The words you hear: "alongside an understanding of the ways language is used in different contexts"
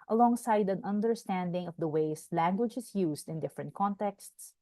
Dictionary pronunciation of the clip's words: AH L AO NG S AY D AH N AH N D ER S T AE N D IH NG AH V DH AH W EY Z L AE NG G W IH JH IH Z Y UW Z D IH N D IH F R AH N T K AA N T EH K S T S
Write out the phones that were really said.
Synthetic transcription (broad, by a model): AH L AO NG S AY D AH N AH N D ER S T AE N D IH NG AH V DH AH W EY S L AE NG G W IH JH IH S Y UW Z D IH N D IH F R AH N T K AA N T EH K S T S